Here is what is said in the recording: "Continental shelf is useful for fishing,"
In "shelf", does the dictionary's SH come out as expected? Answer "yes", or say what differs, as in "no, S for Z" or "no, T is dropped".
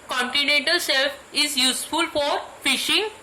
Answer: no, S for SH